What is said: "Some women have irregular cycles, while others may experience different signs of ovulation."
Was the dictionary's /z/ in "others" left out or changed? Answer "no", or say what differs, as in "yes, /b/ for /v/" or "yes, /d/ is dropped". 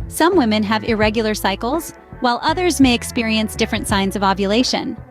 no